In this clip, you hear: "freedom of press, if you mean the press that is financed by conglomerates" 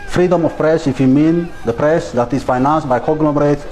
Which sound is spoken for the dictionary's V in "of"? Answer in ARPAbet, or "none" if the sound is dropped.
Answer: F